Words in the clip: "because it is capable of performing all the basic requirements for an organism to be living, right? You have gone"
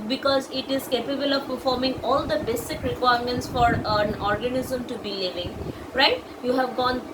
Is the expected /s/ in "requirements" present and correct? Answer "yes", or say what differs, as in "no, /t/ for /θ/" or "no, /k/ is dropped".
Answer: yes